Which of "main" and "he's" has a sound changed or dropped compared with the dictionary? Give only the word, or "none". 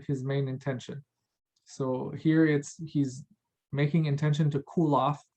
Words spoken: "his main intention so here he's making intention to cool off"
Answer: none